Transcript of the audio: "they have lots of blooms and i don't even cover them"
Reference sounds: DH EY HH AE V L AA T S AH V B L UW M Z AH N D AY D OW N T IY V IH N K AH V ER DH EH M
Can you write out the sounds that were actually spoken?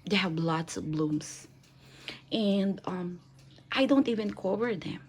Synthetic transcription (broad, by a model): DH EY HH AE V L AA T S AH V B L UW M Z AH N D AY D OW N T IY V IH N K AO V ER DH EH M